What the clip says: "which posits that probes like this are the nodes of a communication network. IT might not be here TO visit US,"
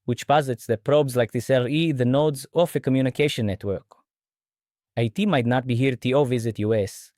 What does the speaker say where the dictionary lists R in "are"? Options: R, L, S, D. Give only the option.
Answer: L